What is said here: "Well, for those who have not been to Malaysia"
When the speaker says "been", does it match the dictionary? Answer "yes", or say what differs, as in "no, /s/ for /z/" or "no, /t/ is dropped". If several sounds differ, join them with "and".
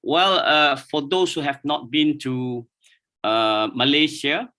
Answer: yes